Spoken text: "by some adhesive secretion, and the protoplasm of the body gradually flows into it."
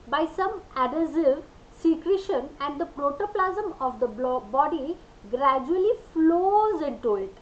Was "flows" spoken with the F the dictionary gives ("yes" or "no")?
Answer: yes